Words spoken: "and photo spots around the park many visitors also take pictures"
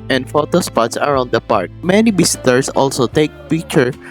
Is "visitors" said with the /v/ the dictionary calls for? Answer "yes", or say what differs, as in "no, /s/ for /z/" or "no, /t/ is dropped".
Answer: no, /b/ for /v/